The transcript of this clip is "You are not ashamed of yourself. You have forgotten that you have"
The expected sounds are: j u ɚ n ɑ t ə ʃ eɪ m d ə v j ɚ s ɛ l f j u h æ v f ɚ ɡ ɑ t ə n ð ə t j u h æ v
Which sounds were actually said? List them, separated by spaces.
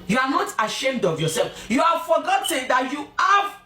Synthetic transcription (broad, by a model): j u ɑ n ɑ t ə ʃ eɪ m d ə v j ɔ s ɛ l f j u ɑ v f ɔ ɡ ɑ t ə n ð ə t j u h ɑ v